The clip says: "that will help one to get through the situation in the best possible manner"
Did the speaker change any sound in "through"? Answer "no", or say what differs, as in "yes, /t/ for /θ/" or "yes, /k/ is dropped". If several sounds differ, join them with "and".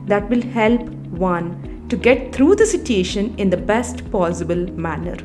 yes, /t/ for /θ/